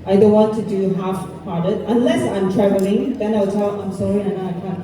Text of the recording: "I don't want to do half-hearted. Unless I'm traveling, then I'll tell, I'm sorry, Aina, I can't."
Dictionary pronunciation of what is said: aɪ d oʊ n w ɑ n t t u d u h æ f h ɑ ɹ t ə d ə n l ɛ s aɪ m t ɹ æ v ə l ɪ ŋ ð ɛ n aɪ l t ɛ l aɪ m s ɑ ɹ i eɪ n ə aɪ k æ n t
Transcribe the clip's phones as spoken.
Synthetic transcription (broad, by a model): aɪ d oʊ n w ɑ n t t u d u h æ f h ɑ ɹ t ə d ə n l ɛ s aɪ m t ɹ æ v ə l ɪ ŋ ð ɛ n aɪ w t ɛ l aɪ m s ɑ ɹ i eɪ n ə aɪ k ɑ